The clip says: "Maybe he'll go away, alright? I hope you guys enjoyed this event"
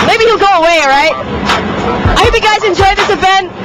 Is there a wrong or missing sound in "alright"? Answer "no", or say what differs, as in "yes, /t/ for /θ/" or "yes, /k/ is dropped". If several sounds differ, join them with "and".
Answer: yes, /l/ is dropped